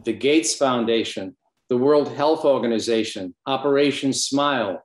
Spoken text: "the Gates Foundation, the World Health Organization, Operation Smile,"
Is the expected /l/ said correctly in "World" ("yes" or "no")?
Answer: yes